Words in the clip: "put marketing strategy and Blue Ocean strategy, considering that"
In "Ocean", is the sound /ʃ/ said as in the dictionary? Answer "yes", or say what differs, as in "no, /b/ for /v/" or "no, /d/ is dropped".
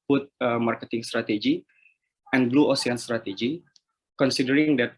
no, /s/ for /ʃ/